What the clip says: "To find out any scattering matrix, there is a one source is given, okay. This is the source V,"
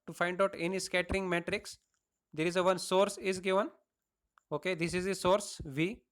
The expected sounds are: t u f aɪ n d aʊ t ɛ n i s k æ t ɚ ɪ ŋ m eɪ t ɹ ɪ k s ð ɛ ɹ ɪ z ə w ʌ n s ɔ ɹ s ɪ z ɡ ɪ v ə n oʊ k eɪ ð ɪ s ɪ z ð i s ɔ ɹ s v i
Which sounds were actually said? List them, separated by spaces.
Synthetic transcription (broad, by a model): t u f aɪ n d aʊ t ɛ n i s k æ t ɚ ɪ ŋ m eɪ t ɹ ɪ k s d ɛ ɹ ɪ z ə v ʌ n s ɔ ɹ s ɪ z ɡ ɪ v ə n oʊ k eɪ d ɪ s ɪ z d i s ɔ ɹ s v i